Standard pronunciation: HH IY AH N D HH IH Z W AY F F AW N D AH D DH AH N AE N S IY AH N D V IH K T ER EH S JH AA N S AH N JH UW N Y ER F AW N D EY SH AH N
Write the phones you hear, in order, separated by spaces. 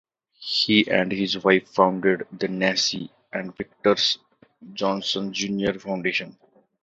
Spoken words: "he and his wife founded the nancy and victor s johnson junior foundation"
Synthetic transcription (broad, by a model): HH IY AH N D HH IH Z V AY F F AW N D AH D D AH N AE S IY AH N D V IH K T ER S JH AA N S AH N JH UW N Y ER F AW N D EY SH AH N